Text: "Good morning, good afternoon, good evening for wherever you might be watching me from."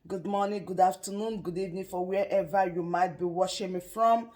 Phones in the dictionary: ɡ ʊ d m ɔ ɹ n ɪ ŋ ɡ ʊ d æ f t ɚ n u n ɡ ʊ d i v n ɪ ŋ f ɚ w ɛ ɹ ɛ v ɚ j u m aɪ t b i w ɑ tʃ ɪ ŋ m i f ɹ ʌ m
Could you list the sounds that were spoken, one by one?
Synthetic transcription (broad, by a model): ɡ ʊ d m ɔ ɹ n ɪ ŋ ɡ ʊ d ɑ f t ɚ n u n ɡ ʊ d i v n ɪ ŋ f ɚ w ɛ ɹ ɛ v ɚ j u m aɪ t b i w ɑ ʃ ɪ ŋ m i f ɹ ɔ m